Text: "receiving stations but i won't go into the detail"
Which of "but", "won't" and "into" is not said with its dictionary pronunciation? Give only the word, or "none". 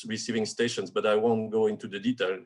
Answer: none